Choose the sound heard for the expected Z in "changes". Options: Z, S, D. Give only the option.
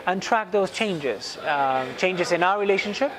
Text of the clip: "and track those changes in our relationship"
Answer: Z